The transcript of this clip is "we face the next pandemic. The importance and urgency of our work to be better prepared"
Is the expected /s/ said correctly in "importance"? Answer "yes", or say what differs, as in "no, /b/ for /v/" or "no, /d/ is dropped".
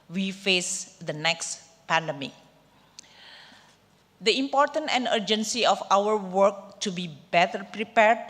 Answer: no, /s/ is dropped